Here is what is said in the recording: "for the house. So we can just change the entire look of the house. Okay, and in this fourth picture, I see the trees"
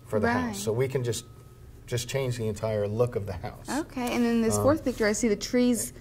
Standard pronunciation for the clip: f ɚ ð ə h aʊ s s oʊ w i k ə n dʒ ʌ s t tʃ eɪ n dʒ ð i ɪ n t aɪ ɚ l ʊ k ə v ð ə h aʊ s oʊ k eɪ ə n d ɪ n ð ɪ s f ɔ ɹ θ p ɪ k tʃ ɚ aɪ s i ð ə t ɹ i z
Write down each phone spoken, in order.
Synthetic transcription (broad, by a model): f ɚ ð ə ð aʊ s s oʊ w i k ə n dʒ ʌ s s tʃ eɪ n dʒ ð i ɪ n t aɪ ɚ l ʊ k ə v ð ə h aʊ s oʊ k eɪ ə n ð ɪ n ð ɪ s f ɔ ɹ θ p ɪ k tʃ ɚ aɪ s i ð ə t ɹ i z